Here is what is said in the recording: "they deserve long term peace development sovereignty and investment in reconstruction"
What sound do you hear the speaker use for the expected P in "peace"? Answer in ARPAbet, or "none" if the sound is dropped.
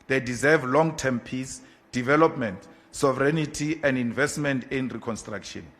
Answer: P